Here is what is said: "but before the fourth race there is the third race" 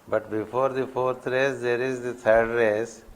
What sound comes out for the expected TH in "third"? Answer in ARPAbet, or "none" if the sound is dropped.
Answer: T